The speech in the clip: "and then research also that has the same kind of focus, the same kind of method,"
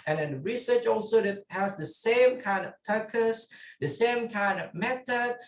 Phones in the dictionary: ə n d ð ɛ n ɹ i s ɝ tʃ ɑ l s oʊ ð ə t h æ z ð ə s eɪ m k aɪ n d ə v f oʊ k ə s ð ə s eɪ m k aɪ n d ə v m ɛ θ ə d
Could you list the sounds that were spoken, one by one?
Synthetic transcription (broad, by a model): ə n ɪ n ɹ i s ɝ tʃ ɑ l s oʊ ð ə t h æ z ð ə s eɪ m k aɪ n d ə v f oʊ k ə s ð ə s eɪ m k aɪ n d ə v m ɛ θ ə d